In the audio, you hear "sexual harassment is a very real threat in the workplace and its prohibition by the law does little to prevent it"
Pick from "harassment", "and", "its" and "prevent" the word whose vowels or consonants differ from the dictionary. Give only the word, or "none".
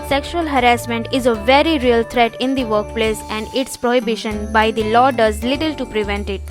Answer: none